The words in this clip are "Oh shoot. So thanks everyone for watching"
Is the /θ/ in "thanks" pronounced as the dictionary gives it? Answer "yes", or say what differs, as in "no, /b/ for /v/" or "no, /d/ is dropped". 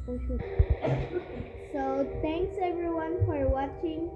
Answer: no, /t/ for /θ/